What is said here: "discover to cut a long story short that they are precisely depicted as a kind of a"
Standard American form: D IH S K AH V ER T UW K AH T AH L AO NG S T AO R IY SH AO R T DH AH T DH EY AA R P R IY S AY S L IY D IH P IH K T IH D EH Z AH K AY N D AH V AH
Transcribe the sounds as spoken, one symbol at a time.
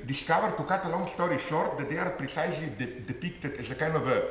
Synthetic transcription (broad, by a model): D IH S K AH V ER T UW K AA T AH L AO NG S T AO R IY SH AO R T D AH T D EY AA R P R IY S AY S L IY D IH P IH K T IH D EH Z AH K AY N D AH V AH